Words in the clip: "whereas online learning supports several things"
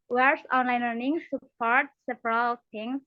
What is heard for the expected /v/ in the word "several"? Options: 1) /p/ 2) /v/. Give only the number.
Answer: 1